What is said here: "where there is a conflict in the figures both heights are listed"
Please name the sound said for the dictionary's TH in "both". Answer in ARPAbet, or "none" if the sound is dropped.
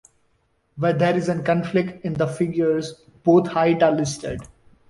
T